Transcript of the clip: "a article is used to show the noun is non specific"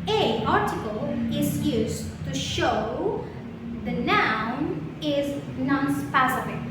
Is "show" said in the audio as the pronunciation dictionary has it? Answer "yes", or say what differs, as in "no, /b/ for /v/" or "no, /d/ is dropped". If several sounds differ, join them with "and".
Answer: yes